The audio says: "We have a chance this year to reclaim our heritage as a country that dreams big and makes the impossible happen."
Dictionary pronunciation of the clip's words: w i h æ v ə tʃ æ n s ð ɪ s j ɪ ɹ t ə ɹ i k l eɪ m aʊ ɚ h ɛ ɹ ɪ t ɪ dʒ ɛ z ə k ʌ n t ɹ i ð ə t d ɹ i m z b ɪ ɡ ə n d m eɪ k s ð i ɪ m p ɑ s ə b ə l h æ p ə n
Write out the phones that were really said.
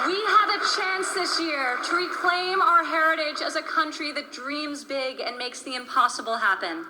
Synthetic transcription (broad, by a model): w i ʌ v ə tʃ æ n s ð ɪ s j ɪ ɹ t ə ɹ i k l eɪ m aʊ ɚ h ɛ ɹ ɪ t ɪ dʒ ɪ z ə k ʌ n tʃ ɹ i ð ə t d ɹ i m z b ɪ ɡ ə n m eɪ k s ð i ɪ m p ɑ s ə b l h æ p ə n